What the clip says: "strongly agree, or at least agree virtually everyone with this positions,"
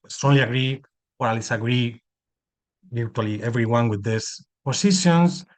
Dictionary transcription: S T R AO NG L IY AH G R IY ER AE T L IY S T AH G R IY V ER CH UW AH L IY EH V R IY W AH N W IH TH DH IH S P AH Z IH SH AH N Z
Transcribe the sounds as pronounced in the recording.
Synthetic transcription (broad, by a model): S T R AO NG L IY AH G R IY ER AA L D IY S AH G R IY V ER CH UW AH L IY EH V R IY W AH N W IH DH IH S P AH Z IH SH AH N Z